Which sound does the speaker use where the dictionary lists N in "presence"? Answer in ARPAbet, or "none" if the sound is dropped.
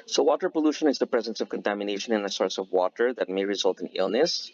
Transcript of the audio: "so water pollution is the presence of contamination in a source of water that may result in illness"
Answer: N